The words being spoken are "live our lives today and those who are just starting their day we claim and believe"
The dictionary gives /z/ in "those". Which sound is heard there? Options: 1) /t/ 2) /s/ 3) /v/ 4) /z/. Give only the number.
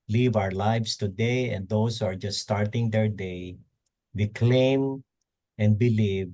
2